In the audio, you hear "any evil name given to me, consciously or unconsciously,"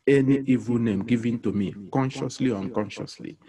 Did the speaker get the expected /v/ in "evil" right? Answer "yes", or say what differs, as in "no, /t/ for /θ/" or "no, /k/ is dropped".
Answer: yes